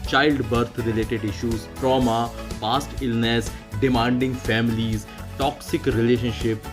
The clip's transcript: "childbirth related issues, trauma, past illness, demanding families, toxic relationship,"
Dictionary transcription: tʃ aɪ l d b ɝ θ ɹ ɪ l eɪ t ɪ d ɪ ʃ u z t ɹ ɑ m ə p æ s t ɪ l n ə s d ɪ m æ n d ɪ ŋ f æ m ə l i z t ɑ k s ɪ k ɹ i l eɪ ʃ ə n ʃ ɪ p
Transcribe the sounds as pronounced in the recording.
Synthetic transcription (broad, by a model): tʃ aɪ l d b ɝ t ɹ ɪ l eɪ t ɪ d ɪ ʃ u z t ɹ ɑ m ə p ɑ s t ɪ l n ə s d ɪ m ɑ n d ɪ ŋ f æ m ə l i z t ɑ k s ɪ k ɹ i l eɪ ʃ ə n ʃ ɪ p